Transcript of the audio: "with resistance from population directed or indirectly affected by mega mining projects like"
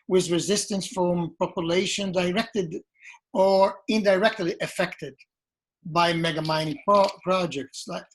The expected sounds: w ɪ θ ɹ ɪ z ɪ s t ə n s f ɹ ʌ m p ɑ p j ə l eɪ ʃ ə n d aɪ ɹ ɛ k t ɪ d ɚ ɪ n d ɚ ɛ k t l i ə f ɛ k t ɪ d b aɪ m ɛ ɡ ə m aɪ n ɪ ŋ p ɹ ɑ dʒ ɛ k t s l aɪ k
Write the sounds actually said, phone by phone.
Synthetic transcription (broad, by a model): w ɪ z ɹ ɪ z ɪ s t ə n s f ɹ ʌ m p ɑ p j ə l eɪ ʃ ə n d aɪ ɹ ɛ k t ɪ d ɚ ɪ n d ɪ ɛ k t l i ə f ɛ k t ɪ d b aɪ m ɛ ɡ ə m aɪ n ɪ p p ɹ ɑ dʒ ɛ k t s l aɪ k